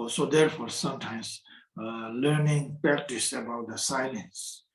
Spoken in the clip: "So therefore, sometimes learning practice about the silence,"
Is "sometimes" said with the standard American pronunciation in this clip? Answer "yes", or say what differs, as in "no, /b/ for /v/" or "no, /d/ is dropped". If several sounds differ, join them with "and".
no, /s/ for /z/